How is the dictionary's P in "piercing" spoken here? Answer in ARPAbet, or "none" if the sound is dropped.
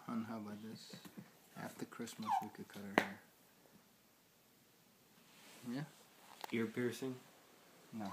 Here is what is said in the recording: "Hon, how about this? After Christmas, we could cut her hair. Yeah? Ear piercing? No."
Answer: P